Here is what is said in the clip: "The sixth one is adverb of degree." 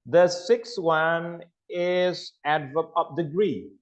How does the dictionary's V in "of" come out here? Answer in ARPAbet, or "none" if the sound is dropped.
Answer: P